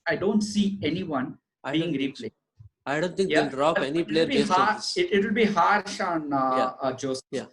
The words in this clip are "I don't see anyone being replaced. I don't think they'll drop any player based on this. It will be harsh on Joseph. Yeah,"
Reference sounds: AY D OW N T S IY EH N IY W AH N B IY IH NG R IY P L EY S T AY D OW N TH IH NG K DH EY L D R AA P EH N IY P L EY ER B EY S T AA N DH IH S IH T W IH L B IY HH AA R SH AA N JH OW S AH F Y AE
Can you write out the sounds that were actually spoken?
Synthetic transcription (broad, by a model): AY D OW N T S IY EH N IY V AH N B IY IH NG R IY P L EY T AY D OW N T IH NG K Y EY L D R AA EH N IY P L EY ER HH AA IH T IH T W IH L B IY HH AA R SH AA N JH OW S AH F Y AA